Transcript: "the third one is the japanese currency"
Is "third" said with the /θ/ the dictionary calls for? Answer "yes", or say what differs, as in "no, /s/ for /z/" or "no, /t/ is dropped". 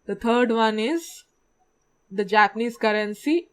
no, /t/ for /θ/